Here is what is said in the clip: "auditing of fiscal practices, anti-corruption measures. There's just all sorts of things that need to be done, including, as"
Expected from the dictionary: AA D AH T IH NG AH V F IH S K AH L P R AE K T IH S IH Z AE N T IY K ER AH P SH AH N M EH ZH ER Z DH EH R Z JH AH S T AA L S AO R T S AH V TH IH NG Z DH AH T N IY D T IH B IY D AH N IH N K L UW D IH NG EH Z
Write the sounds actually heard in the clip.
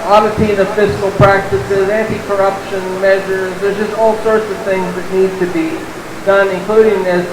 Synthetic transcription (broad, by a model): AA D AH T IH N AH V F IH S K L P R AE K T IH S IH Z AE N T IY K ER AH P SH AH N M EH ZH ER Z DH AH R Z JH AH S T AA L S AO R T S AH V TH IH NG Z DH AH T N IY D T IH B IY D AH N IH N K L UW D IH NG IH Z